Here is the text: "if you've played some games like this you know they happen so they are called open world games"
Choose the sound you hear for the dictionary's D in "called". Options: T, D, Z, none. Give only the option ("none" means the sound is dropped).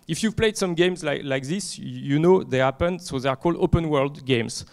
D